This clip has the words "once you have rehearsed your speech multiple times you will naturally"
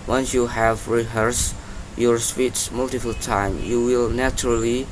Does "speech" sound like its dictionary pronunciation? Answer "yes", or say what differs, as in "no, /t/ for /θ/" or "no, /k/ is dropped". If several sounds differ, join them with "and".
no, /s/ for /tʃ/